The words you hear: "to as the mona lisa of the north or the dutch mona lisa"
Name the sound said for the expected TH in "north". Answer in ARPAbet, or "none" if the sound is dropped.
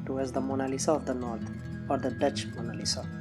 T